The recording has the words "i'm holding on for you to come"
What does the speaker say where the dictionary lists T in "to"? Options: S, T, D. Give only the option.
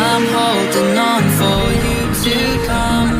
S